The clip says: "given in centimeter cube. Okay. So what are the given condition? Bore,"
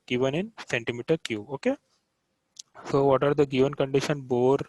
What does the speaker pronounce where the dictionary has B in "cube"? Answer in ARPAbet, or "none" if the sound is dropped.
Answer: none